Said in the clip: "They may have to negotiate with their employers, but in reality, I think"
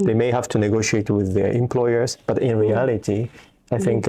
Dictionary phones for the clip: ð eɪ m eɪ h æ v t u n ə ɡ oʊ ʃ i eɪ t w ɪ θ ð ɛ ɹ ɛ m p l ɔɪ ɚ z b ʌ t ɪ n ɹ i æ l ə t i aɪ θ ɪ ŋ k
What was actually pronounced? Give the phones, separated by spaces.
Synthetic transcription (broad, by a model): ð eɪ m eɪ h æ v t u n ə ɡ oʊ ʃ i eɪ t w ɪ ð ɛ ɹ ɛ m p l ɔɪ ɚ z b ʌ t ɪ n ɹ i æ l ə t i aɪ θ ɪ ŋ k